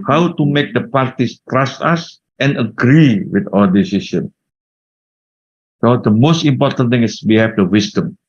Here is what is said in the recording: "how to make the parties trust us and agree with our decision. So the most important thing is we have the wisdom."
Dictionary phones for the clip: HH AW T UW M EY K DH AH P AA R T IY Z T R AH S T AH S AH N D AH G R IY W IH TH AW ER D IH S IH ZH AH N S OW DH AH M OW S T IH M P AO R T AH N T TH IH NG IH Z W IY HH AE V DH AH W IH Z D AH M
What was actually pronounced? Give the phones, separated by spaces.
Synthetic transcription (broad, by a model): HH AW T UW M EY K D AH P AA R T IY S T R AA S T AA S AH N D AH G R IY W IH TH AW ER D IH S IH S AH N S OW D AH M OW S T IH M P AO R T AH N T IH NG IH S W IY HH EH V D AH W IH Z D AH M